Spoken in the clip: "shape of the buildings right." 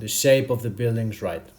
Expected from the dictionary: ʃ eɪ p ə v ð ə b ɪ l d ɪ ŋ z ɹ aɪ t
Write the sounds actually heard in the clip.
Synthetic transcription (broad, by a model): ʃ eɪ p ə v ð ə b ɪ l d ɪ ŋ z ɹ aɪ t